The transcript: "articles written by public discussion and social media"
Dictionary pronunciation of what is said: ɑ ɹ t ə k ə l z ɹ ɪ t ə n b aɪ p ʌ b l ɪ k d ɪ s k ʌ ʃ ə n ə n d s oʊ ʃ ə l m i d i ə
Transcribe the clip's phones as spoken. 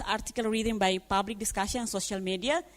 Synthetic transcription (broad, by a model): ɑ ɹ t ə k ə l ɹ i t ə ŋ b aɪ p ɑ b l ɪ k d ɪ s k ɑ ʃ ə ə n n s oʊ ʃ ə l m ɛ d i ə